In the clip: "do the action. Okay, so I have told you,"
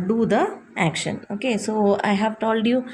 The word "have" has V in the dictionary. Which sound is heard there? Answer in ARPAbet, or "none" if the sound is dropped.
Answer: V